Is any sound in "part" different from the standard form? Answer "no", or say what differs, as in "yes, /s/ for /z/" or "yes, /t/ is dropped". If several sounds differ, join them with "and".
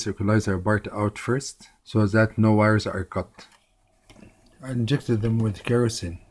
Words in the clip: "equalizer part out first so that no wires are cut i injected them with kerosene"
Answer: yes, /b/ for /p/